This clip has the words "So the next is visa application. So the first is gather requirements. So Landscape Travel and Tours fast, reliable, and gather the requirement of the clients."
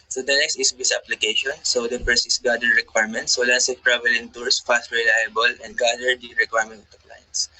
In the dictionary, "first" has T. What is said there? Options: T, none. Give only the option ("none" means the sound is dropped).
none